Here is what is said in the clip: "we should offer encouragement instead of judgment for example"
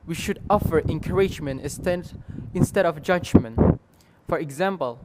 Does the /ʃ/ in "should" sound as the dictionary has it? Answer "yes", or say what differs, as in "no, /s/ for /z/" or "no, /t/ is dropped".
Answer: yes